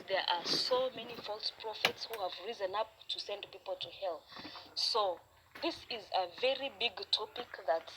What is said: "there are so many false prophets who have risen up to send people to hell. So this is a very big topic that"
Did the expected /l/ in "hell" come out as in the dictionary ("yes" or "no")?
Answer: yes